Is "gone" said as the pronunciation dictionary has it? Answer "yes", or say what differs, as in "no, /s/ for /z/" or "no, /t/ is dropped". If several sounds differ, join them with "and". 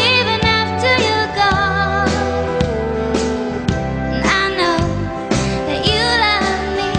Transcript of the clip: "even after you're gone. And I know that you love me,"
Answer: no, /n/ is dropped